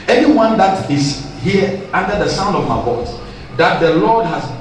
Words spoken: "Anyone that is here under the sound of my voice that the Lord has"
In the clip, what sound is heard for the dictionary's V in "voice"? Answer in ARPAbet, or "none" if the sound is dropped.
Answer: B